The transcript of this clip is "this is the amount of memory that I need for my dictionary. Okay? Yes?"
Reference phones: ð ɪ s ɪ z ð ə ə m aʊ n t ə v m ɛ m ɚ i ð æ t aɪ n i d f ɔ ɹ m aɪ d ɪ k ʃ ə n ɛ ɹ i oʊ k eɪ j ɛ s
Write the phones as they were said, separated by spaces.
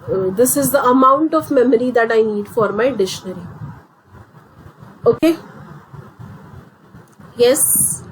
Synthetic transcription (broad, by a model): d ɪ s ɪ z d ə ə m aʊ n t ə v m ɛ m ɚ i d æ t aɪ n i d f ɔ ɹ m aɪ d ɪ ʃ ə n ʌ ɹ i oʊ k eɪ j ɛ s